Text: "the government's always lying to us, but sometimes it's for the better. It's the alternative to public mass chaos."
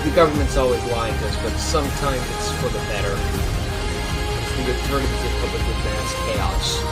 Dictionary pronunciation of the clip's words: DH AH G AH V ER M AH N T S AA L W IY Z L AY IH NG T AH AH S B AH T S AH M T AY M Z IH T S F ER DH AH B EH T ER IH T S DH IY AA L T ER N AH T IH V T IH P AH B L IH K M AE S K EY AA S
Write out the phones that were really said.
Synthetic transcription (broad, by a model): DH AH G AH V ER M AH N T S AA L W IY Z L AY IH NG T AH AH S B AH T S AH M T AY M Z IH T S F ER DH AH B EH T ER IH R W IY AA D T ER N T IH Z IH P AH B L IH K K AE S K EY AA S